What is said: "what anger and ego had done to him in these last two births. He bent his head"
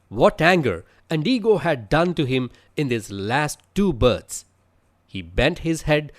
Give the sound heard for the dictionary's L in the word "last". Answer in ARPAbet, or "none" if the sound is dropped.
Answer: L